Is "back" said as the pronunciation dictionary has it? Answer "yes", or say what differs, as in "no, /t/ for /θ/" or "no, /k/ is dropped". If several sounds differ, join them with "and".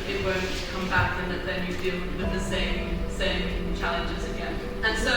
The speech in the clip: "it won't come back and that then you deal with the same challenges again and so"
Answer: yes